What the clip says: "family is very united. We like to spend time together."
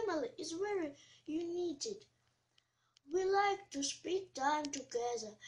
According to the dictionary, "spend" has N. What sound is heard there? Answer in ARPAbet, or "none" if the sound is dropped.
none